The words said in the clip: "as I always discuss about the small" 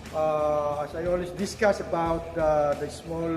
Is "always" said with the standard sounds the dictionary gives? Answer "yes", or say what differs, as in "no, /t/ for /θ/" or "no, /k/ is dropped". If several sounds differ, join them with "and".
no, /s/ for /z/